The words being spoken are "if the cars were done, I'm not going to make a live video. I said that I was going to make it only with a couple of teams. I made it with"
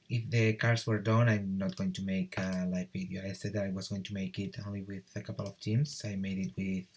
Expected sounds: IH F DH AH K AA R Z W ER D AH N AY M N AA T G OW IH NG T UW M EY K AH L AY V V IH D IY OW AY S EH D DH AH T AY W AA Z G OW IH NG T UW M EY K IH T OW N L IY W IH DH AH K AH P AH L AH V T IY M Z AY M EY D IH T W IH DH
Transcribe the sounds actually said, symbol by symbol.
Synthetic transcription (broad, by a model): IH F DH AH K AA R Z W ER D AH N AY M N AA T G OW IH NG T UW M EY K AH L AY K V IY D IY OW AY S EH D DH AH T AY W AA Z G OW IH NG T UW M EY K IH T OW N L IY W IH DH AH K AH P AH L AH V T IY M S AY M EY D IH T W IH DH